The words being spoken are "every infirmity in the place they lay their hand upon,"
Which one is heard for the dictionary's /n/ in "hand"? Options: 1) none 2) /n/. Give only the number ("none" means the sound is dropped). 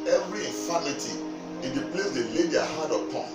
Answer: 1